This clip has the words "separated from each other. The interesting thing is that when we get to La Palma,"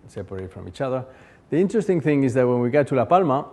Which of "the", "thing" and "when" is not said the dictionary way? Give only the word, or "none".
none